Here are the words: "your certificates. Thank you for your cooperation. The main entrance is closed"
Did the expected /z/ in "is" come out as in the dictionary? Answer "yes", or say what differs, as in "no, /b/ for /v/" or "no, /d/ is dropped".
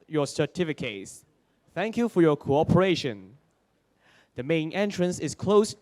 no, /s/ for /z/